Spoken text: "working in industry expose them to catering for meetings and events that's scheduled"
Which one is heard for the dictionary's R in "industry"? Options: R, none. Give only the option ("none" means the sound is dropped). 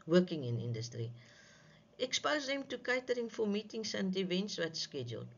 R